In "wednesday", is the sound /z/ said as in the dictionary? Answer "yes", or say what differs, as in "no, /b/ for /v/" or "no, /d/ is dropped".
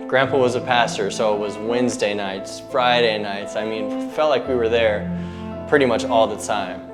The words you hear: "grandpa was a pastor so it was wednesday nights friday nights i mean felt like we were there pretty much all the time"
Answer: yes